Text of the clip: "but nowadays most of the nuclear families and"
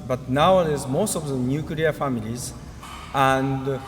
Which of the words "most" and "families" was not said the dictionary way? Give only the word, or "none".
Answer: none